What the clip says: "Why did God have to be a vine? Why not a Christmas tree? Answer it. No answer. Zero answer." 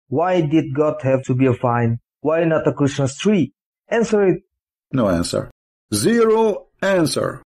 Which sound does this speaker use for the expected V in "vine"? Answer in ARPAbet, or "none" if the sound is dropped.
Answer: F